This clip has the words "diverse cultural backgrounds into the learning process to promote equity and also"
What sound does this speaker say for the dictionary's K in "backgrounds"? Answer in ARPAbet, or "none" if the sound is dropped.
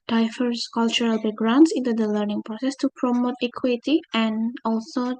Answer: none